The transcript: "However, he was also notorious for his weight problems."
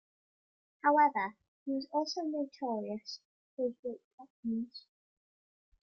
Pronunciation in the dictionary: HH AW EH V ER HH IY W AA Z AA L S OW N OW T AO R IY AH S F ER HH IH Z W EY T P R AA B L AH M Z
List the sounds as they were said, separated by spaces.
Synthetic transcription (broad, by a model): HH AW EH V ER HH IY W AA Z AA L S OW N OW T AO R IY AH S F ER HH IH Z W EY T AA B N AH Z